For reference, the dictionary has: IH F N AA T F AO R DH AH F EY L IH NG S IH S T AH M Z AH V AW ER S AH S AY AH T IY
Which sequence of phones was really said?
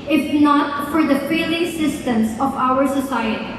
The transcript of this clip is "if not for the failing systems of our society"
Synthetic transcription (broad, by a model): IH F N AA T F AO R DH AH F EY L IH NG S IH S T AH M S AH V AW ER S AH S AY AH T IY